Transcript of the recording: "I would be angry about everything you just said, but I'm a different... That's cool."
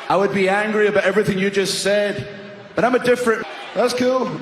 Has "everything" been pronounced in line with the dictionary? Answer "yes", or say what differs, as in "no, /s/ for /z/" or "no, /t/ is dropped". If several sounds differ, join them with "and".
yes